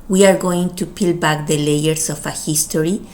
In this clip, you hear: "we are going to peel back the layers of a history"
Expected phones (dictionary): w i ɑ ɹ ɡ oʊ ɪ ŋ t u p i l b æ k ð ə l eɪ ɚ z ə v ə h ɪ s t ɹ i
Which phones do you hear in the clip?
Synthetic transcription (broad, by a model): w i ɑ ɹ ɡ oʊ ɪ ŋ t u p i l b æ k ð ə l eɪ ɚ s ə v ə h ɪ s t ɹ i